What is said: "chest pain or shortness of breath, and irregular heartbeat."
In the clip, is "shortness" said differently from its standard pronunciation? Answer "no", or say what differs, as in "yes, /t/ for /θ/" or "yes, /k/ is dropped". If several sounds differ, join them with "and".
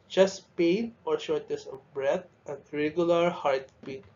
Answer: yes, /n/ is dropped